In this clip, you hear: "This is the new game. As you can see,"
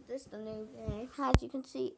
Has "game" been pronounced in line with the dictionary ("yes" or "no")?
no